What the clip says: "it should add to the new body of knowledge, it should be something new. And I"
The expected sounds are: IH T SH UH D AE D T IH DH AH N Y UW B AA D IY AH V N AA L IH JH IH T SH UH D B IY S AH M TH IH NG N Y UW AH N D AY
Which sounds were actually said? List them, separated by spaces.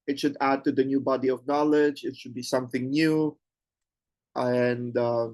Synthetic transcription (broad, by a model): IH T SH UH D AE D T IH DH AH N Y UW B AA D IY AH V N AA L IH JH IH T SH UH D B IY S AH M TH IH NG N Y UW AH N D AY